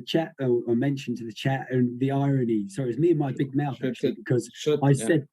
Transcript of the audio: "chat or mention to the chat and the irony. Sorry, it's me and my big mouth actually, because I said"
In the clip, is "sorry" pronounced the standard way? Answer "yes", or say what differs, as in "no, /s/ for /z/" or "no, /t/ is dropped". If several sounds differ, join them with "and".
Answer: no, /ɹ/ is dropped